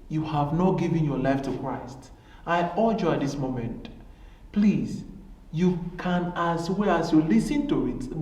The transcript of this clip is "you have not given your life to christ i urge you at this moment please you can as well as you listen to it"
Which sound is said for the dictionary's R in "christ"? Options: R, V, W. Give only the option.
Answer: R